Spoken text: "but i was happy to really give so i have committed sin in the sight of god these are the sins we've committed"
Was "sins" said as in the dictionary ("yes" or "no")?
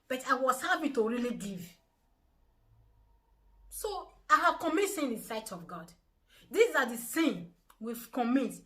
no